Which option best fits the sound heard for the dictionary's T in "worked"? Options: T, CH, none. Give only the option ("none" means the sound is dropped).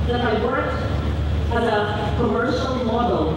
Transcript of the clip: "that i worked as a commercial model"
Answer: none